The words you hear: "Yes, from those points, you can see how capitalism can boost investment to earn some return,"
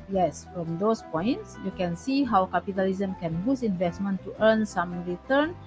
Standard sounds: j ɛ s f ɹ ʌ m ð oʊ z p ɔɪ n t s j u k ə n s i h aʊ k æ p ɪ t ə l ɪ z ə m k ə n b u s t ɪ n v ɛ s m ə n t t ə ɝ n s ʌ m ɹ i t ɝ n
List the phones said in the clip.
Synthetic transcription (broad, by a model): j ɛ s f ɹ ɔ m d oʊ s p ɔɪ n t s j u k ə n s i h aʊ k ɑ p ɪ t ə l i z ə m k ə n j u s ɪ n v ɛ s m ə n t t ə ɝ n s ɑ m ɹ i t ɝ n